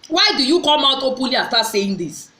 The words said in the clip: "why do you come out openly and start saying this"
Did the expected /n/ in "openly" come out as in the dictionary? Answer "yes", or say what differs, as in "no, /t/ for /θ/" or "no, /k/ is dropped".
no, /n/ is dropped